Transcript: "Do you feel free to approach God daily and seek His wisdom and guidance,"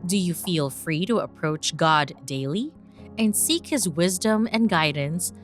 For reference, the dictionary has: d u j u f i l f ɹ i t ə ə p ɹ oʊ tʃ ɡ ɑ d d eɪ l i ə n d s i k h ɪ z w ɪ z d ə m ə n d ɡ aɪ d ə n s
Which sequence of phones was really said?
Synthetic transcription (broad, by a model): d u j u f i l f ɹ i t ə ə p ɹ oʊ tʃ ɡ ɑ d d eɪ l i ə n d s i k h ɪ z w ɪ z d ə m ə n ɡ aɪ d n s